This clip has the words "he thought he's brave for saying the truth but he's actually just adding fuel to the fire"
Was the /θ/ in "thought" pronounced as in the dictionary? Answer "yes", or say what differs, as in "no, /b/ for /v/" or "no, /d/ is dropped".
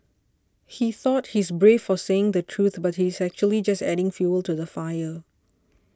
yes